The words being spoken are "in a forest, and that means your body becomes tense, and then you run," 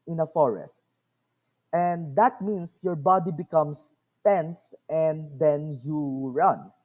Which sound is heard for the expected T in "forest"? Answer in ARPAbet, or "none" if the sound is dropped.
T